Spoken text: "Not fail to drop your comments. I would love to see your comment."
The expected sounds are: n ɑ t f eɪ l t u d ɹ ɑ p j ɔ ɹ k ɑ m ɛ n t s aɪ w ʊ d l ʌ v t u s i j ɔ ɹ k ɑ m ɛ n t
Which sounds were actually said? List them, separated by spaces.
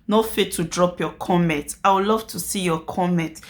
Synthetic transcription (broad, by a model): n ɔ f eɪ t u d ɹ ɑ p j ɔ k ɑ m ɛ n t aɪ w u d l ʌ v t u s i j ɔ k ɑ m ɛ n t